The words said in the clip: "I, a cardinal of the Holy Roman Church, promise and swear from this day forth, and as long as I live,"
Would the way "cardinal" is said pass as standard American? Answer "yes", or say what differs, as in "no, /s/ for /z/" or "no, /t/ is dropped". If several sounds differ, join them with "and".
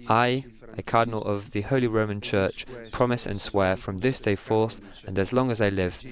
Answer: yes